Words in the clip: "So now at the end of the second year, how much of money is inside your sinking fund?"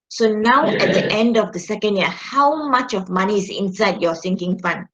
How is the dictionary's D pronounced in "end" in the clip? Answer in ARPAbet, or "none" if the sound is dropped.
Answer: D